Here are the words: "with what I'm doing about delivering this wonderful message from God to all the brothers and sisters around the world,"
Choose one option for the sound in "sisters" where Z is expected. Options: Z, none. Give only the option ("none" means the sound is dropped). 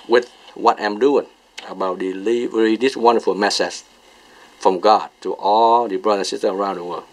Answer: none